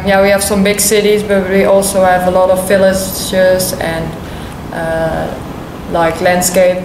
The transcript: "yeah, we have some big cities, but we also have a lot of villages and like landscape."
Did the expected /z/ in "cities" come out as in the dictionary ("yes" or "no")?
yes